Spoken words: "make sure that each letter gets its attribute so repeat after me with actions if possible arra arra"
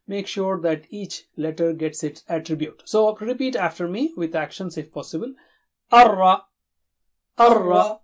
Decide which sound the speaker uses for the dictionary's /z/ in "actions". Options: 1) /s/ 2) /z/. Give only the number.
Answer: 1